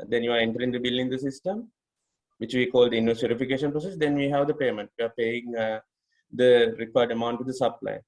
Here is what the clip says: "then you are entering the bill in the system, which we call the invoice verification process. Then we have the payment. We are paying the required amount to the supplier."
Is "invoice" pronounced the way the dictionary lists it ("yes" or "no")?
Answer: no